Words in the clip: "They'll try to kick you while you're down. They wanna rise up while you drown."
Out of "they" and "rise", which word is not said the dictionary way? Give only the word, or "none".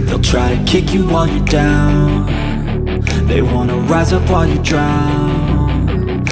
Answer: none